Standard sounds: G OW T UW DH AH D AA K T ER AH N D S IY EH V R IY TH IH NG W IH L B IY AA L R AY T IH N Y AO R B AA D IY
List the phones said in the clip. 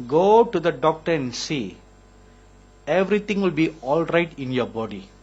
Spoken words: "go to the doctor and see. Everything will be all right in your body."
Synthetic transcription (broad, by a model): G OW T UW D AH D AA K T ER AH N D S IY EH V R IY T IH NG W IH L B IY AA L R AY T IH N Y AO B AA D IY